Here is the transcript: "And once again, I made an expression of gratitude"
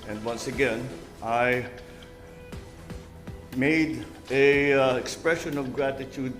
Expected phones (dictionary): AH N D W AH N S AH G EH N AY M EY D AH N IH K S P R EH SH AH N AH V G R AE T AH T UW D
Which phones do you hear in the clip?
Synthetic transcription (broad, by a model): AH N D W AH N S AH G EH N AY M EY D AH IH K S P R EH SH AH N AH V G R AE T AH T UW D